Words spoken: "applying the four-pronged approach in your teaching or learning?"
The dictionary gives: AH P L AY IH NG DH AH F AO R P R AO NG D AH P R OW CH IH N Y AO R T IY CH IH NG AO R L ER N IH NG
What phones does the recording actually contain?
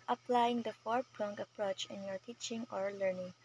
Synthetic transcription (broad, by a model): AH P L AY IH NG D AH F AO R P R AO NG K AH P R OW CH IH N Y AO R T IY CH IH NG AO R L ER N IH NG